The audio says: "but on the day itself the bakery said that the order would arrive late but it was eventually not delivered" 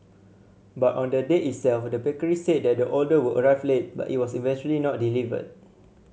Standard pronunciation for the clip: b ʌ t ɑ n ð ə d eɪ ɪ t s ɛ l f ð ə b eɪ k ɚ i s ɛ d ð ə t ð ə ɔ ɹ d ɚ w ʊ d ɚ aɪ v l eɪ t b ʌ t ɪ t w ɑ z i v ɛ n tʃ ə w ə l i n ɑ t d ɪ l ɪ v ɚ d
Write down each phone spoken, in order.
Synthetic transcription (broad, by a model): b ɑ t ɑ n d ə d eɪ ɪ t s ɛ l f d ə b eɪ k ɚ i s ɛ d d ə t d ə ɔ l d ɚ w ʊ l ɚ aɪ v l eɪ t b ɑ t ɪ t w ɑ s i v ɛ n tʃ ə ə l i n ɑ t d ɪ l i v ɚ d